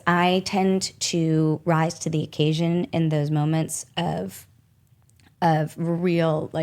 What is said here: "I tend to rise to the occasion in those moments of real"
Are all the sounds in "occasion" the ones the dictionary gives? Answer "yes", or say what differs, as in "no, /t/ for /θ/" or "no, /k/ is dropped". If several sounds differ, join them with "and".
yes